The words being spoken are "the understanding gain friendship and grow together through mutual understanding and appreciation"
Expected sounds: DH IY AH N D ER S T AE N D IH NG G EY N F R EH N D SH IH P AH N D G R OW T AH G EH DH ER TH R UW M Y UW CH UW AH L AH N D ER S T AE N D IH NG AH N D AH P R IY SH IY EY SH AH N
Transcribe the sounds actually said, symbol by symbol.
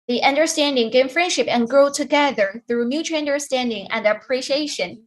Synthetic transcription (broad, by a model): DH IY AH N D ER S T AE N D IH NG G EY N F R EH N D SH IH P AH N G R OW T AH G EH DH ER TH R UW M Y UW CH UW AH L AH N D ER S T AE N D IH NG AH N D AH P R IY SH IY EY SH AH N